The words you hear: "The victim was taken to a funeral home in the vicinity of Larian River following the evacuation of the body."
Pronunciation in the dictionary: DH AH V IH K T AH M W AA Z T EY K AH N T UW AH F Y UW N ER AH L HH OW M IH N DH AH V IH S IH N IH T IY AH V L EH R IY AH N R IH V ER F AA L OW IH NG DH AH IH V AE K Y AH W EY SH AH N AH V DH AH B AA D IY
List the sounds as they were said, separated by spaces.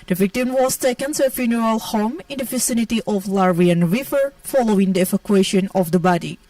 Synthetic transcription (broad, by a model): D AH V IH K T AH M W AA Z T EY K AH N T UW AH F Y UW N ER AH L HH OW M IH N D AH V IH S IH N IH T IY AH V L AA R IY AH N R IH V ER F AA L OW IH NG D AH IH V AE K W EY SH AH N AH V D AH B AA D IY